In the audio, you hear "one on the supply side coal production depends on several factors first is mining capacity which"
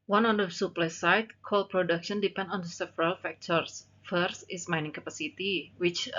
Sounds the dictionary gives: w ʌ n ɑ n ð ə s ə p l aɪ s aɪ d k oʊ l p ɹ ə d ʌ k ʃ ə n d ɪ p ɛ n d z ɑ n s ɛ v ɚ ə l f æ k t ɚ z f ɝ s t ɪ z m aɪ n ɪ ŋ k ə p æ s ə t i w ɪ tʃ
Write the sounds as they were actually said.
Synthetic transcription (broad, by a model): w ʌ n ɑ n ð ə s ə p l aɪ s aɪ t k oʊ l p ɹ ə d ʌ k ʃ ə n d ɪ p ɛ n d ɑ n s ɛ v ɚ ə l f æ k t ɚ s f ɝ s t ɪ s m aɪ n ɪ ŋ k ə p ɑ s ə t i w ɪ tʃ